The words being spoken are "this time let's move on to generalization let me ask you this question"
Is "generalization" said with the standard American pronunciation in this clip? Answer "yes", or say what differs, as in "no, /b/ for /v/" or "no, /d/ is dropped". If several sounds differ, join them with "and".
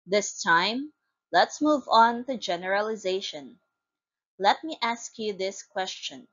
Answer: yes